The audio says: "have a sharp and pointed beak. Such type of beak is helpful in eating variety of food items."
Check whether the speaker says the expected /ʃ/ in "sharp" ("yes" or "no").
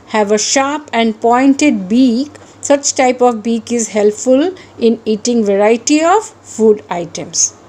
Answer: yes